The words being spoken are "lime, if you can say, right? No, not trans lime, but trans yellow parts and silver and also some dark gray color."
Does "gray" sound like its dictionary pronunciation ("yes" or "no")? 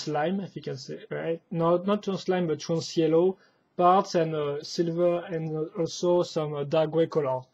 no